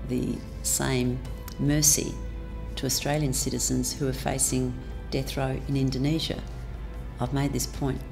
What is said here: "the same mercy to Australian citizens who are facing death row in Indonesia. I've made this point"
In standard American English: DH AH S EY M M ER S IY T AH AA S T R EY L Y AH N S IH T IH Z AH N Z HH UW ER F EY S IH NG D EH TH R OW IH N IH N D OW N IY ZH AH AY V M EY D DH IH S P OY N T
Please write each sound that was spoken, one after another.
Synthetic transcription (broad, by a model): DH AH S EY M M ER S IY T AH AA S T R EY L Y AH N S IH T IH Z AH N Z HH UW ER F EY S IH NG D EH TH R OW IH N IH N D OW N IY ZH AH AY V M EY D DH IH S P OY N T